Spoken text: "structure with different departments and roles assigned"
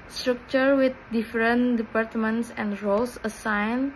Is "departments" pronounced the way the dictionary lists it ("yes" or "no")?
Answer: yes